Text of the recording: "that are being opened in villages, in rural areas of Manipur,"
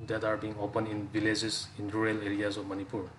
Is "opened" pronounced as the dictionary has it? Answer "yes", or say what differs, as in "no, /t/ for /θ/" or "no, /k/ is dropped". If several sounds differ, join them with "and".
no, /d/ is dropped